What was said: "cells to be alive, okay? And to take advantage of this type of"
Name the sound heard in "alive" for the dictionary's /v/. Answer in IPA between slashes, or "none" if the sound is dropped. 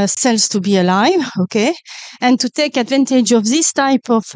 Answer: /v/